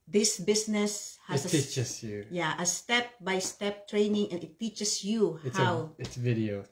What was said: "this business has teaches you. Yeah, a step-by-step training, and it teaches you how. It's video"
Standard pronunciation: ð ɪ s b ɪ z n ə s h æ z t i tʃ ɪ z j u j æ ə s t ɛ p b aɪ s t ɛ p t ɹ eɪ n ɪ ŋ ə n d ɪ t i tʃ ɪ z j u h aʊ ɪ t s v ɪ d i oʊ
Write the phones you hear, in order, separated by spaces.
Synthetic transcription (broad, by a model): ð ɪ s b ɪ s n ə s h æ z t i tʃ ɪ s j u j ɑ ə s t ɛ p b aɪ s t ɛ p t ɹ eɪ n ɪ ŋ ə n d ɪ t i tʃ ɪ s j u h aʊ ɪ t s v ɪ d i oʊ